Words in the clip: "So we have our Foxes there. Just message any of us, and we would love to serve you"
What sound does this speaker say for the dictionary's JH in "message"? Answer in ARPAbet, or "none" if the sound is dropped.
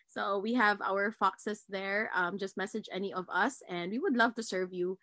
JH